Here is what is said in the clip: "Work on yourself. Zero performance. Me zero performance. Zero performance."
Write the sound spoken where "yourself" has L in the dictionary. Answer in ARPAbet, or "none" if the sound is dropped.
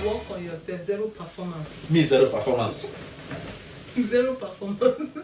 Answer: none